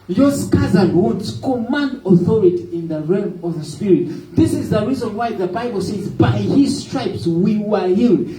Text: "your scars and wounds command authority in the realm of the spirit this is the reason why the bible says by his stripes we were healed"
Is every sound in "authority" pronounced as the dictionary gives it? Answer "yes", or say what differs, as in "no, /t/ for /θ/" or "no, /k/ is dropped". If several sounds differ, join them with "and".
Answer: yes